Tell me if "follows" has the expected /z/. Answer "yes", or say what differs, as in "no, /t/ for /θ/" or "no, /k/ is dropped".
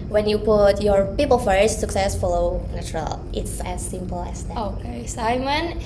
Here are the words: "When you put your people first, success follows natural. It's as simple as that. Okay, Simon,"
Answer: no, /z/ is dropped